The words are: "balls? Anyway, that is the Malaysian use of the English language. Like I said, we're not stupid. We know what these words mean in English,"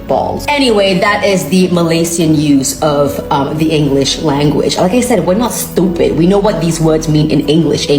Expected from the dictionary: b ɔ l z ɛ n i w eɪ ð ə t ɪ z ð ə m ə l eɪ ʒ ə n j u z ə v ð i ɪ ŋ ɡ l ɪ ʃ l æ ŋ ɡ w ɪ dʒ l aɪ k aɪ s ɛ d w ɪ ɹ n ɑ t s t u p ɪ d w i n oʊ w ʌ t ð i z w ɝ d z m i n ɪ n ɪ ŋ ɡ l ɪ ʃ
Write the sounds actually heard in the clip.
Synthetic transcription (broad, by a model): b ɔ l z ɛ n i w eɪ ð ə t ɪ z ð ə m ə l eɪ s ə n j u z ə v ð i ɪ ŋ ɡ l ɪ ʃ l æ ŋ ɡ w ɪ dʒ l aɪ k aɪ s ɛ d w ɪ ɹ n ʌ t s t u p ɪ d w i n oʊ w ʌ t ð i z w ɝ d z m i n ɪ n ɪ ŋ ɡ l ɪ ʃ